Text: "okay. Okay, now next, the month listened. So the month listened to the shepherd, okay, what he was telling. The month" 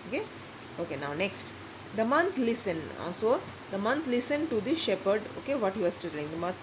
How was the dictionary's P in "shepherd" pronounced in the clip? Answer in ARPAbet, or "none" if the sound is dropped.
P